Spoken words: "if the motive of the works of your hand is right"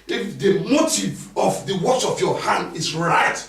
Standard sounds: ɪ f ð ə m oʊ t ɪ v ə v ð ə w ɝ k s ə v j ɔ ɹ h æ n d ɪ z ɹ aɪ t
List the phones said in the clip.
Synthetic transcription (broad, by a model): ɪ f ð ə m oʊ t ɪ v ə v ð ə w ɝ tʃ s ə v j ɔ h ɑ n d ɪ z ɹ aɪ t